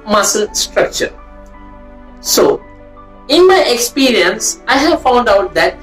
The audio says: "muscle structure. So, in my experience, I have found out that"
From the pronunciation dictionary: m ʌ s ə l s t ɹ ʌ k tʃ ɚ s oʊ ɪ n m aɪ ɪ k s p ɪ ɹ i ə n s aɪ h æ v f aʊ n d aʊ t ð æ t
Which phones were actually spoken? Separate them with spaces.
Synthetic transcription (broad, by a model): m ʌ s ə l s t ɹ ʌ k tʃ ɚ s oʊ ɪ n m aɪ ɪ k s p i ɹ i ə n s aɪ h æ v f aʊ n d aʊ t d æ t